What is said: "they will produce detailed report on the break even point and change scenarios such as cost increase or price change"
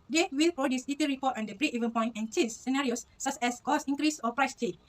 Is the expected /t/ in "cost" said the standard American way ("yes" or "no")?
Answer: no